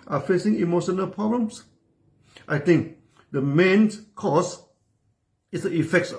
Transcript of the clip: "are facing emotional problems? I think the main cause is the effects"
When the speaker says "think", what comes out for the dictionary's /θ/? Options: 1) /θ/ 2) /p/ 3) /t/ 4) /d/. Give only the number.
3